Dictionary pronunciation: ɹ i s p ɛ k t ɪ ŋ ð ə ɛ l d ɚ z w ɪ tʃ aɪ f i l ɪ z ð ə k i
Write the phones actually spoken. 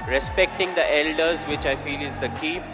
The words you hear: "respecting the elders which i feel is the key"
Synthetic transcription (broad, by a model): ɹ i s p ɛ k t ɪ ŋ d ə ɛ l d ɚ z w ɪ tʃ aɪ f i l ɪ z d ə k i